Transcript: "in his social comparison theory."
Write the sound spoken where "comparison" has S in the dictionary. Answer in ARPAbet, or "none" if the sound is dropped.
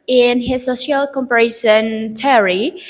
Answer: SH